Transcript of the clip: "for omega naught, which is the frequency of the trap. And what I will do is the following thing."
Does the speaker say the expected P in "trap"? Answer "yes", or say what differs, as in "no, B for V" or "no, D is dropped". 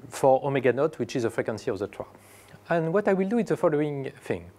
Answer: no, P is dropped